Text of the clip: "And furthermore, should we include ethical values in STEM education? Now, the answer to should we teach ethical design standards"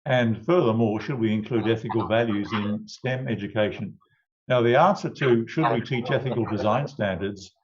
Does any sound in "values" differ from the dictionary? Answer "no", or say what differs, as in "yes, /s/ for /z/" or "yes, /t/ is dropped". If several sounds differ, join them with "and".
no